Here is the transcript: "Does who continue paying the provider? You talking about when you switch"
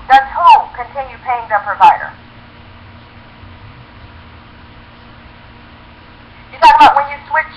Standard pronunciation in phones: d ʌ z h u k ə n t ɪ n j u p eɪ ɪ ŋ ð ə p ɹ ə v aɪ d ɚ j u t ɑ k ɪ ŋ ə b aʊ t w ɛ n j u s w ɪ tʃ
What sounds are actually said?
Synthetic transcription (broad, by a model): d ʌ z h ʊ k ə n t ɪ n j u p eɪ ɪ ŋ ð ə p ɹ ə v aɪ d ɚ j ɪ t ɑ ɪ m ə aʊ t w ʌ n j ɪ s w ɪ tʃ